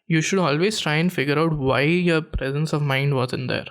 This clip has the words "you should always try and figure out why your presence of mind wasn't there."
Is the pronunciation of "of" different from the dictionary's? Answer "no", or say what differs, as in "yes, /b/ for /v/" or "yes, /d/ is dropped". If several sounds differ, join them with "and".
no